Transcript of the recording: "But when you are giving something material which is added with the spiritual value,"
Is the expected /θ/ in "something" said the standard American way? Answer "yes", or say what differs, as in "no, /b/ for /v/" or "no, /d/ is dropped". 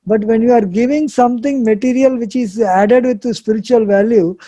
no, /t/ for /θ/